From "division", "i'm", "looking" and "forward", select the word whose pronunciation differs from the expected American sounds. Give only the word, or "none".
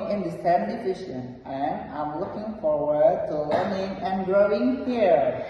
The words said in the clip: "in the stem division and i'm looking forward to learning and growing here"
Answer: division